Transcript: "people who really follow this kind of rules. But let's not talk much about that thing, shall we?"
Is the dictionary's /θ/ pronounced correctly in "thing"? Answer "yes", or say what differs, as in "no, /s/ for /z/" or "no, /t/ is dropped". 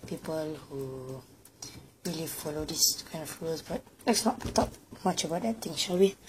no, /t/ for /θ/